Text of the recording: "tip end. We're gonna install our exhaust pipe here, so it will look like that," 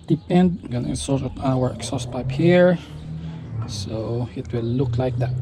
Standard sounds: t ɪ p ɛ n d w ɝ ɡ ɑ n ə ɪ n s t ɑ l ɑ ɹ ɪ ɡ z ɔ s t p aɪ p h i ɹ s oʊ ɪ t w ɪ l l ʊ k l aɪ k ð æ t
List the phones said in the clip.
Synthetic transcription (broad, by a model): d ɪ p ɛ n d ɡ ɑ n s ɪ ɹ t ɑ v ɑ w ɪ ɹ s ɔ s p aɪ p h i ɹ s oʊ ɪ t w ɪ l l ʊ k l aɪ k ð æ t